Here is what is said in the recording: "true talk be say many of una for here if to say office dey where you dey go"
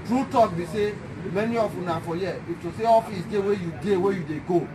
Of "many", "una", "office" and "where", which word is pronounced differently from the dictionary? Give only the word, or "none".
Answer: where